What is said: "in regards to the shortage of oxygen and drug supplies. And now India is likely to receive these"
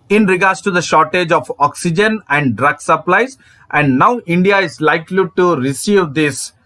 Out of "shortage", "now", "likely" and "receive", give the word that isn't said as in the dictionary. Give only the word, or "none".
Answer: none